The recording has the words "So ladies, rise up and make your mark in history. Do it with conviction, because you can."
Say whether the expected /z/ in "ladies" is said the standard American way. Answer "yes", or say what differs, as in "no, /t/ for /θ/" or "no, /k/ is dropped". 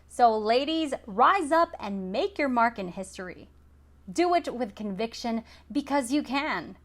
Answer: yes